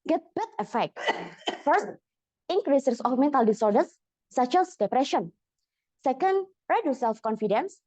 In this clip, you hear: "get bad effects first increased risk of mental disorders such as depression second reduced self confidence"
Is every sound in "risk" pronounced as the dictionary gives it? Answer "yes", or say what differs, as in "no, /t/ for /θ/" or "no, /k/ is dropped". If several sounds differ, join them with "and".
no, /k/ is dropped